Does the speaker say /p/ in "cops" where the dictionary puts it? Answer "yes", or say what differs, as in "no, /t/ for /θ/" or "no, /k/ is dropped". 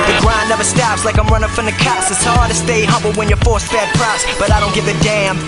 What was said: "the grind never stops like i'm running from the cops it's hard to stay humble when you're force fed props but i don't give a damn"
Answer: no, /p/ is dropped